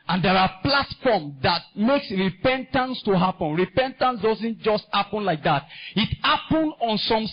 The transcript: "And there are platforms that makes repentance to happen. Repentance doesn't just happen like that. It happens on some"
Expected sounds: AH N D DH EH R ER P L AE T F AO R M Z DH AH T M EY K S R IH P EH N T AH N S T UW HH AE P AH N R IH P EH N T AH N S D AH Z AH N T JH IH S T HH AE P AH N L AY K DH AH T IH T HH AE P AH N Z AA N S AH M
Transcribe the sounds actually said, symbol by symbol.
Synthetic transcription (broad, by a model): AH N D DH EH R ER P L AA T F AO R M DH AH T M EY K S R IH P EH N T AH N S T UW HH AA P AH N R IH P EH N T AH N S D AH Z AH N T JH IH S T HH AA P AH N L AY K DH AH T IH T HH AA P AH N AA N S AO M